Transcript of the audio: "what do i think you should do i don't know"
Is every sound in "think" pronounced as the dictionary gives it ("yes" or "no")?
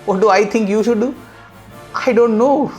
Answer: no